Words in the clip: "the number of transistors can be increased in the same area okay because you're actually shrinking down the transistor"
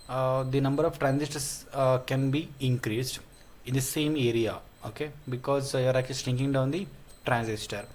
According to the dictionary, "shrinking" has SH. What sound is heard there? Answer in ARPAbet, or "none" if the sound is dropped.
S